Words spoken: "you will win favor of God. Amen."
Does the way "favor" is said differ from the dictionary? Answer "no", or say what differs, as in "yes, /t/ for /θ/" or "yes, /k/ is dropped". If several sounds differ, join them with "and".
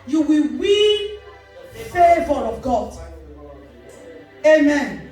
no